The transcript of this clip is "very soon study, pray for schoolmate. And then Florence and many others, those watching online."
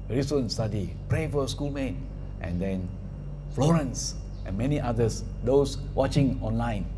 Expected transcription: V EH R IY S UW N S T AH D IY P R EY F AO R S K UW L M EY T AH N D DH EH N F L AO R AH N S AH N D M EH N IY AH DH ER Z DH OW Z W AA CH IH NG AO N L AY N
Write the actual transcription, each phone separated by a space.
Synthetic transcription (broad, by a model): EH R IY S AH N S T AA D IY P R EY F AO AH S K UW L M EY T AH N D EH N F L AO R AH N S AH N M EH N IY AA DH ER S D OW S W AA CH IH NG AO N L AY N